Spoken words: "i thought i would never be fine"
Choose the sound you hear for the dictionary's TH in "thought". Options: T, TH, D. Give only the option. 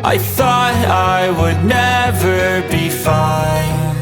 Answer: TH